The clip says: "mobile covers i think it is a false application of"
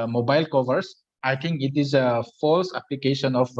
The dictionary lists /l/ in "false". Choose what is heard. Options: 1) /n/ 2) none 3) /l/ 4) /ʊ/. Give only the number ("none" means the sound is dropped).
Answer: 3